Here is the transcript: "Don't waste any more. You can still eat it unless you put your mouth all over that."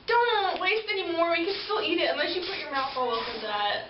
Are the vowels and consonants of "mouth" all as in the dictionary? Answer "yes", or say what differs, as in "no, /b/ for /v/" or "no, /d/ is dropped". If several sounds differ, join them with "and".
no, /f/ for /θ/